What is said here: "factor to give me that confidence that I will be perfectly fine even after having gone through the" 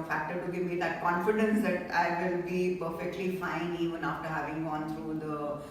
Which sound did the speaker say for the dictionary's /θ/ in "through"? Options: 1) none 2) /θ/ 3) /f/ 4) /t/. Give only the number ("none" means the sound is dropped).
4